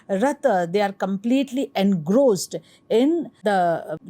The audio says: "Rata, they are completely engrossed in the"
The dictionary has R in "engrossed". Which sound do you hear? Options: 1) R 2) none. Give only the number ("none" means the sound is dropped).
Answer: 1